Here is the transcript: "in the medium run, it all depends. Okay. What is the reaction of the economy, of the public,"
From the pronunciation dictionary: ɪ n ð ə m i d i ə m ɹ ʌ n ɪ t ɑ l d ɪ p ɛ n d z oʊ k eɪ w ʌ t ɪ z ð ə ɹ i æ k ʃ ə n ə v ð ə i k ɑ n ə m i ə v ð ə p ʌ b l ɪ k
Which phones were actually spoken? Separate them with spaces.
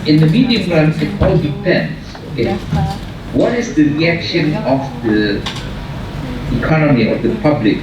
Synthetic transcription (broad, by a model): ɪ n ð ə m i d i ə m l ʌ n ɪ t ɑ l d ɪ p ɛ n d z oʊ k eɪ w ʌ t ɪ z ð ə ɹ i æ k ʃ ə n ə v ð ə i k ɑ n ə m i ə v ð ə p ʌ b l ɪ k